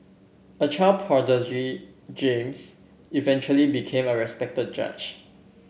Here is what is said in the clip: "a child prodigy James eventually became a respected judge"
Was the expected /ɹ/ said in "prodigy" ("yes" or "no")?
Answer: no